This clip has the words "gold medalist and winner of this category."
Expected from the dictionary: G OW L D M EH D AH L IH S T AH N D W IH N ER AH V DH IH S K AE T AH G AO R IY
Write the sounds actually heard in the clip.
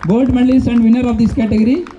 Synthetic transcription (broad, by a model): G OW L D M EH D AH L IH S AH N D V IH N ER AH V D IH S K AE T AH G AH R IY